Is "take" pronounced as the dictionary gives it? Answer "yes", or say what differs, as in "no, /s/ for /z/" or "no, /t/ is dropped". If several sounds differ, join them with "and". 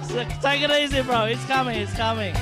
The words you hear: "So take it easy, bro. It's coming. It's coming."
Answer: no, /s/ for /t/